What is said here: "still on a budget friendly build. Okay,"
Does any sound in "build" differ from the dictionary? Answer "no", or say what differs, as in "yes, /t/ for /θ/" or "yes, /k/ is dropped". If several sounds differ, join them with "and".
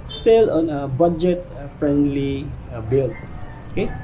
yes, /d/ is dropped